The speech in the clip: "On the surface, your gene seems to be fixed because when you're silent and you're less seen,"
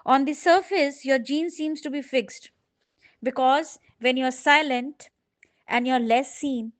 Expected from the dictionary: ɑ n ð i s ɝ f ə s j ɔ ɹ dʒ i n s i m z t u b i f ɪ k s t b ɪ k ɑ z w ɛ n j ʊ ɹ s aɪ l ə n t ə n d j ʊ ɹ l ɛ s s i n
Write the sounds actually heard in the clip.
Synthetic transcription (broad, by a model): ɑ n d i s ɝ f ə s j ɔ ɹ dʒ i n s i m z t u b i f ɪ k s t b ɪ k ɑ z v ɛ n j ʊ ɹ s aɪ l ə n t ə n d j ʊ ɹ l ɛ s s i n